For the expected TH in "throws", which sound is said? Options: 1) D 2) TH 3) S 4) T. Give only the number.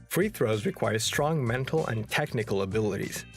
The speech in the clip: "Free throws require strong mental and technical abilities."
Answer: 2